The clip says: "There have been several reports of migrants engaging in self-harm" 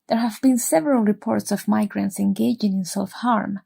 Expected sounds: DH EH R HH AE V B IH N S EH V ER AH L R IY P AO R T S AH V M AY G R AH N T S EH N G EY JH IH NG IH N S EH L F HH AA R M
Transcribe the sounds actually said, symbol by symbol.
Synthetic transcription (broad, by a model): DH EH R HH AE V B IH N S EH V ER AH L R IY P AO R T S AH V M AY G R AH N T S EH N G EY JH IH NG IH N S EH L F HH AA R M